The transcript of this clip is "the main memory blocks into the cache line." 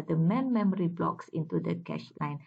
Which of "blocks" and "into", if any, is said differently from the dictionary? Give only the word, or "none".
none